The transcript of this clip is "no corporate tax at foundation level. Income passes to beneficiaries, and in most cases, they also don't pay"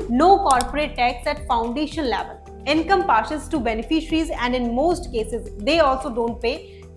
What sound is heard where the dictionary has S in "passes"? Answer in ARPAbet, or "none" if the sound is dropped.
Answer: SH